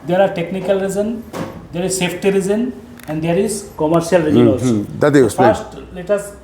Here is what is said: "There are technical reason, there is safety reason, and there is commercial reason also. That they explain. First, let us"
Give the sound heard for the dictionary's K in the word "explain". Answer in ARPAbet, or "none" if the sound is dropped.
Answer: none